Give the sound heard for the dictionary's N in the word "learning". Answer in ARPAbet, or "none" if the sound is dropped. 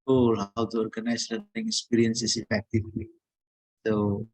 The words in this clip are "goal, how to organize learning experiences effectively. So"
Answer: none